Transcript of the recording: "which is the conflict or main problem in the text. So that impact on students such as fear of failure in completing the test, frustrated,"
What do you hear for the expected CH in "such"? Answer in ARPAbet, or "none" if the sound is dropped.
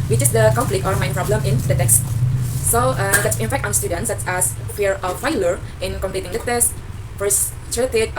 S